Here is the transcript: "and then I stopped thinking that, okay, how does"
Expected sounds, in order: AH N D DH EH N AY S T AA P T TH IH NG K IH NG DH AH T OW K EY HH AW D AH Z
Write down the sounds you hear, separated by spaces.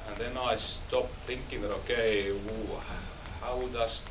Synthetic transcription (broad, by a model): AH N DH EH N AY S T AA P TH IH NG K IH NG DH AH T OW K EY HH AW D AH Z